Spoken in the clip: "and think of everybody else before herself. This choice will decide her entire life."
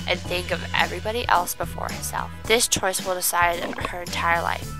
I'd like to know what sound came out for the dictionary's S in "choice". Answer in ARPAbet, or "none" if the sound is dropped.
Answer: S